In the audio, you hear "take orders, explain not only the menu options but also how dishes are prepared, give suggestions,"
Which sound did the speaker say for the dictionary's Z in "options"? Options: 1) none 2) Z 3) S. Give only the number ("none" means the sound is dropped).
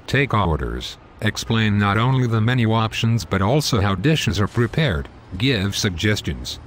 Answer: 2